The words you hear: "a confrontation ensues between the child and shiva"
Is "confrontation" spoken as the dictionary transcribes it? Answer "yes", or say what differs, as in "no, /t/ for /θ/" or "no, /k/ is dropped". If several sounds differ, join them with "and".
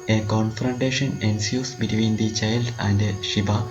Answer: yes